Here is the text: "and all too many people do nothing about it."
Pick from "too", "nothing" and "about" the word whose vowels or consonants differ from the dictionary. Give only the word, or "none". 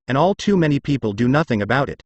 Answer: none